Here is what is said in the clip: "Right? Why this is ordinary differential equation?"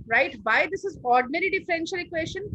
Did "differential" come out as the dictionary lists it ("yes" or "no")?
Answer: yes